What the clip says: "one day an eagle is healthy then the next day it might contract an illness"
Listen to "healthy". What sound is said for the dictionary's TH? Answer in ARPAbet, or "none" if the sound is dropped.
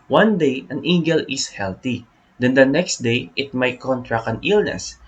T